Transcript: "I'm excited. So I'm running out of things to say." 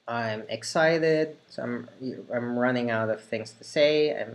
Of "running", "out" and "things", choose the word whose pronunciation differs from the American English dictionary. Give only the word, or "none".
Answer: none